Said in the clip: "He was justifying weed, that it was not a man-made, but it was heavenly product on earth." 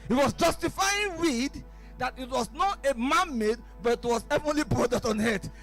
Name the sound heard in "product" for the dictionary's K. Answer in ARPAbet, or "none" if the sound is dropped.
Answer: none